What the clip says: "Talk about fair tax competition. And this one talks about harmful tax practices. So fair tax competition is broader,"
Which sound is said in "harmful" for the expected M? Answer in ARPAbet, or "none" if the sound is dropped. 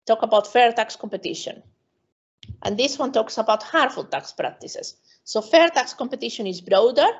none